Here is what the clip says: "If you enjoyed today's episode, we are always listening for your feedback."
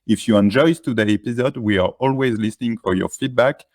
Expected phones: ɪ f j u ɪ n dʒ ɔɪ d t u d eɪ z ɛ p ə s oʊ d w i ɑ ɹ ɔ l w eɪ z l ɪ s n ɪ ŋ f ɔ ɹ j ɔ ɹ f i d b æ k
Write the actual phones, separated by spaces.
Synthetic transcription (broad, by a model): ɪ f j u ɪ n dʒ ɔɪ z t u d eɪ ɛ p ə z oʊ d w i ɑ ɹ ɔ l w eɪ z l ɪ s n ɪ ŋ f ɔ ɹ j ɔ ɹ f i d b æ k